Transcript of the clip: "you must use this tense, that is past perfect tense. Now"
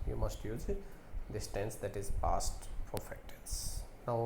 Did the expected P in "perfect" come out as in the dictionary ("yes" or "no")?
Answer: no